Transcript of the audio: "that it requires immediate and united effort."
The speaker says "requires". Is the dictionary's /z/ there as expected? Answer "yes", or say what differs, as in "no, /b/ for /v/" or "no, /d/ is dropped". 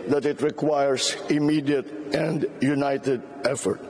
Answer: no, /s/ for /z/